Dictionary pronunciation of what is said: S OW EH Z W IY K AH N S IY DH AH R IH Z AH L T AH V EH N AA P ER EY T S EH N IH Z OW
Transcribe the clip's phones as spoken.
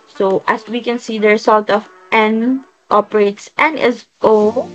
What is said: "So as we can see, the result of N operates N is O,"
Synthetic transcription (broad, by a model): S OW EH S W IY K AH N S IY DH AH R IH S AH L T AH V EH N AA P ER EY T S EH N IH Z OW